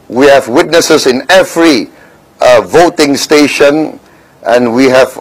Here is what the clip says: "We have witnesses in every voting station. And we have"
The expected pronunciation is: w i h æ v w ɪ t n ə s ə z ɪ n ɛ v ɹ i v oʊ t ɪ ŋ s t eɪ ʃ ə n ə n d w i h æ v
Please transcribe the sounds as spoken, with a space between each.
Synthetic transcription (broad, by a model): w i h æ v w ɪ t n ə s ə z ɪ n ɛ v ɹ i v oʊ t ɪ ŋ s t eɪ ʃ ə n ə n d w i h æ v